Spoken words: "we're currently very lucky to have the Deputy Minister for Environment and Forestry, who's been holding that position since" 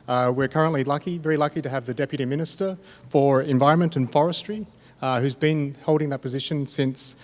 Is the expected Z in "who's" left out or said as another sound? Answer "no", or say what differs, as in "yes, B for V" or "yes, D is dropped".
no